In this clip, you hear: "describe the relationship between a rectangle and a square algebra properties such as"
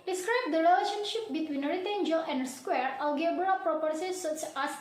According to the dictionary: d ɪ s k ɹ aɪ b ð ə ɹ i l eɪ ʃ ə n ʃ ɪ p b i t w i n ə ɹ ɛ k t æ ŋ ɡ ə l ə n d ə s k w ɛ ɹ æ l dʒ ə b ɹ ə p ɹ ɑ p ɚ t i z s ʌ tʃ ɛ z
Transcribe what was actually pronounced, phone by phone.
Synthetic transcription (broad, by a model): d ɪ s k ɹ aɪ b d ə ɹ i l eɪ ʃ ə n ʃ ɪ p b i t w i n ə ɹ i t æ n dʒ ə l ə n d s k w ɛ ɹ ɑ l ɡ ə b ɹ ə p ɹ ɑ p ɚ s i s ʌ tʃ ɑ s